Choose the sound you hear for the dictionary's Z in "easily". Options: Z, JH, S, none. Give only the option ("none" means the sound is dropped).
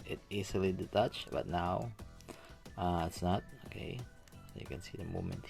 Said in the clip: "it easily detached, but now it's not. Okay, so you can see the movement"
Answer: S